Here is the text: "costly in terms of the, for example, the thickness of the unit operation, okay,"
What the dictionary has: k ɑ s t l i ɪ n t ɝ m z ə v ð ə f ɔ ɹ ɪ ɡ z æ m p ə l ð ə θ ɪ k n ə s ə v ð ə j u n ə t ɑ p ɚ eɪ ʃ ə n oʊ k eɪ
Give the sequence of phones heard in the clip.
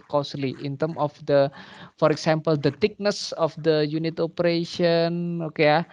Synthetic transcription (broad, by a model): k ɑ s l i ɪ n t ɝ m ə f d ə f ɔ ɹ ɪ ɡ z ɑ m p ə l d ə t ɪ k n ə s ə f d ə j u n ə t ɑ p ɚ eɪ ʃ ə n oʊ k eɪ